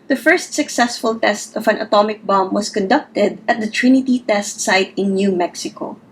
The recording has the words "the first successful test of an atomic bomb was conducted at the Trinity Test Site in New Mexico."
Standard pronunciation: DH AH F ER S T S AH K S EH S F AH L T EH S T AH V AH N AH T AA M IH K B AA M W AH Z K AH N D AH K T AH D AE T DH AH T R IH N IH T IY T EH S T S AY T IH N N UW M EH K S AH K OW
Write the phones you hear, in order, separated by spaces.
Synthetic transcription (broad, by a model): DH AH F ER S T S AH K S EH S F AH L T EH S T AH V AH N AH T AA M IH K B AA M W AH S K AH N D AH K T AH D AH T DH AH T R IH N IH T IY T EH S T S AY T IH N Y UW M EH K S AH K OW